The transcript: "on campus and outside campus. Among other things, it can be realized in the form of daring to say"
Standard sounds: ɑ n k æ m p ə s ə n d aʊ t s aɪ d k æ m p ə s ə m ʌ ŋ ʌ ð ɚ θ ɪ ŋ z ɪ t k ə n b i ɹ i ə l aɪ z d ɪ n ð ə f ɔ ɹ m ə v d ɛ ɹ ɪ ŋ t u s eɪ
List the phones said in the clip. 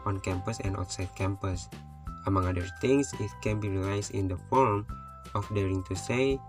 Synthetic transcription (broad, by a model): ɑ n k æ m p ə s ə n d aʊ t s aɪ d k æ m p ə s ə m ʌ ŋ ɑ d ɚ t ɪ ŋ s ɪ t k ə n b i ɹ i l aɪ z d ɪ n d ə f ɔ ɹ m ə f d ɛ ɹ ɪ ŋ t u s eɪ